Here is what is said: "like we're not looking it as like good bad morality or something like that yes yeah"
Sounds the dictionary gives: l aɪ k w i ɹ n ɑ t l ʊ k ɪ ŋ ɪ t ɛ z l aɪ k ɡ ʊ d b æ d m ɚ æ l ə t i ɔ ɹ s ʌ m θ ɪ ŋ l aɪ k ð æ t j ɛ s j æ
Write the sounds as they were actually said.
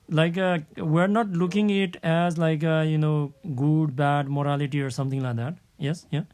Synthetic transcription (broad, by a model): l aɪ k w i ɹ n ɑ t l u k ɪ ŋ ɪ t ɛ z l aɪ k ɡ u d b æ d m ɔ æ l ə t i ɔ ɹ s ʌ m t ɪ ŋ l aɪ k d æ t j ɛ s j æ